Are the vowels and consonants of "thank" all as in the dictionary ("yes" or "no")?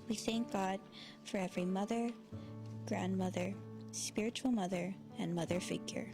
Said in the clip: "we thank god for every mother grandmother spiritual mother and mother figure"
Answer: yes